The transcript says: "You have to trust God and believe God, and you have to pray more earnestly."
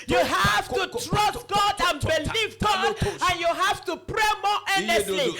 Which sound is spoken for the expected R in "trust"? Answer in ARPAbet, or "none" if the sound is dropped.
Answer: R